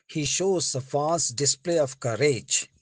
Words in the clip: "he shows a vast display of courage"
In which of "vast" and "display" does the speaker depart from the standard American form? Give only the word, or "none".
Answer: vast